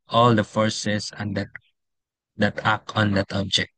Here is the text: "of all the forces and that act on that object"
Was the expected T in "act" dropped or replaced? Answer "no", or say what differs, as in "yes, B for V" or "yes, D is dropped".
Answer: yes, T is dropped